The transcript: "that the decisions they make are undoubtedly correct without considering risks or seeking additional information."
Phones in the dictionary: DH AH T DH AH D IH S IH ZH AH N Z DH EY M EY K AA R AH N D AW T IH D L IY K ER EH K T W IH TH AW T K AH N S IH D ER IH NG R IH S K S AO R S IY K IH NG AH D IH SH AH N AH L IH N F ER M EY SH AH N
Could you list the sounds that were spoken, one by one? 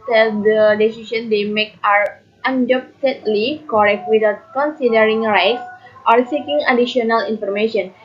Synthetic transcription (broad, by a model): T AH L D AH D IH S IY S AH N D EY M EY K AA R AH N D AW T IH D L IY K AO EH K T W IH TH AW T K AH N S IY D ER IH NG R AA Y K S AO R S IY K IH NG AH D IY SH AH N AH L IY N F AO M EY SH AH N